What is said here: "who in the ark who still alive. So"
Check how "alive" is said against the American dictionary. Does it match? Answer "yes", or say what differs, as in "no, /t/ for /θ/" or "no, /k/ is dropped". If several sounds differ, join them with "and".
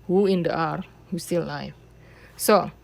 no, /f/ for /v/